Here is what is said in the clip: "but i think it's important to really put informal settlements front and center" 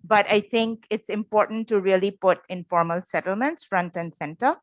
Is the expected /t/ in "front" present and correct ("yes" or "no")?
yes